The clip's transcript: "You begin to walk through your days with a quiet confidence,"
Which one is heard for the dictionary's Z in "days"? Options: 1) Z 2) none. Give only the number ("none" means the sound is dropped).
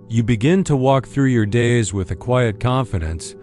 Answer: 1